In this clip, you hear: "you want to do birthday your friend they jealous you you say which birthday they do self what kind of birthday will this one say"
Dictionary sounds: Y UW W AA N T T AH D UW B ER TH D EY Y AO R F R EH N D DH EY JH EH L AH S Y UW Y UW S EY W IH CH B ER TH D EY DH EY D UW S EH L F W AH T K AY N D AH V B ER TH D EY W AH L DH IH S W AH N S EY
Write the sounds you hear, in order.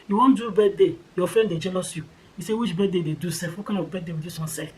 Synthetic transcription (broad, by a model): Y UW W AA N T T D UW B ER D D EY Y AO F R EH N D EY JH EH L AH S Y UW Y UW S EY W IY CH B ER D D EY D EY D UW S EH F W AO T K AY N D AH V B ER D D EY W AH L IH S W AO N S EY